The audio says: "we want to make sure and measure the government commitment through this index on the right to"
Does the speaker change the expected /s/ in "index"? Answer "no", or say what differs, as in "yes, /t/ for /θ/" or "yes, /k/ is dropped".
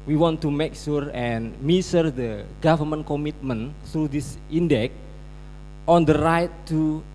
yes, /s/ is dropped